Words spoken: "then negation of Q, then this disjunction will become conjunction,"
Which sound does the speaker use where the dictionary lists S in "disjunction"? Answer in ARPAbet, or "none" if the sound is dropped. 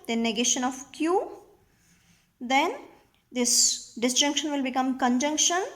S